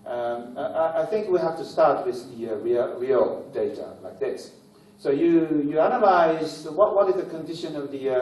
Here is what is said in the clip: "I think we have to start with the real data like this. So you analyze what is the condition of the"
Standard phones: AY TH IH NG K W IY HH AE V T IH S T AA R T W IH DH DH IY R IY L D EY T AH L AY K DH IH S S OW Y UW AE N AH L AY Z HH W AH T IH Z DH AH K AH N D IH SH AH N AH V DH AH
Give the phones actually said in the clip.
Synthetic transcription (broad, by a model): AY TH IH NG K W IY HH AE F T IH S T AA R T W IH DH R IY R IY L D EY T AH L AY K DH IH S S OW Y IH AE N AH L AY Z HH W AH T IH Z DH AH K AH N D IH SH AH N AH V DH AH